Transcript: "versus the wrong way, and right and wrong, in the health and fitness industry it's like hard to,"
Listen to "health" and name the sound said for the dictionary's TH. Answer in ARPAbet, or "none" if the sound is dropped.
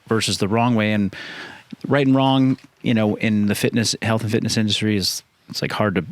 TH